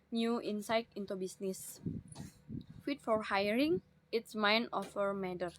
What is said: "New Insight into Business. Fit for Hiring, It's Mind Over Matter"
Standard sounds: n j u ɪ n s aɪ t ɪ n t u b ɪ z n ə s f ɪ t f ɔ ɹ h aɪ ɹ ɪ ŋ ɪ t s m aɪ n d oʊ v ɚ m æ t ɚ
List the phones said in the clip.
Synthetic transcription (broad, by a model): n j u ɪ n s aɪ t ɪ n t u b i s n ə s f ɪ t f ɔ ɹ h aɪ ɹ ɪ ŋ ɪ t s m aɪ n oʊ f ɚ m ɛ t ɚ